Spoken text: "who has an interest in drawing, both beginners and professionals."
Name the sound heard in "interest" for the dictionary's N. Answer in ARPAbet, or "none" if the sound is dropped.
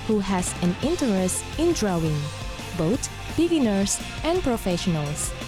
N